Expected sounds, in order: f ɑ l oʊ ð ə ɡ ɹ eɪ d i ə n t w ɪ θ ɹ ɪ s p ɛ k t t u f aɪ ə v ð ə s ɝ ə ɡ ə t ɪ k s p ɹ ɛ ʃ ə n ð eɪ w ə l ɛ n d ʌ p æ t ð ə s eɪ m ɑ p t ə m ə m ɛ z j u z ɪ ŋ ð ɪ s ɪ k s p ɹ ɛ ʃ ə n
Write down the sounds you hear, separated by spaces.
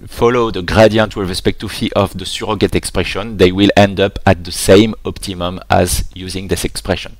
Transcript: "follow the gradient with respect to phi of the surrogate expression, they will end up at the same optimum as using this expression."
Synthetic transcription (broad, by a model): f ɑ l oʊ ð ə ɡ ɹ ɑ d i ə n t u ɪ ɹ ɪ s p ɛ k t t u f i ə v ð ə s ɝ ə ɡ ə t ɪ k s p ɹ ɛ ʃ ə n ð eɪ w ə l ɛ n d ʌ p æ t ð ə s eɪ m ɑ p t ə m ə m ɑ z j u z ɪ ŋ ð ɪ s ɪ k s p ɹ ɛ ʃ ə n